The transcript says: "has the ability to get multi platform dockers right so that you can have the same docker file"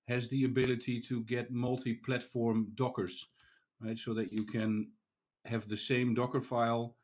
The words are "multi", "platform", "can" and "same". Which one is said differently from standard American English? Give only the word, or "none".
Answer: none